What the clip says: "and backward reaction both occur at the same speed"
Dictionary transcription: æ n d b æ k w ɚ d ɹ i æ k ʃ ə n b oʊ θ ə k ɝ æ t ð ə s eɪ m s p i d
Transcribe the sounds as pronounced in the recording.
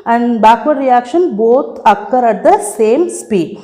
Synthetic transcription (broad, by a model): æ n d b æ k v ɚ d ɹ i æ k ʃ ə n b oʊ t ə k ɝ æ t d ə s eɪ m s p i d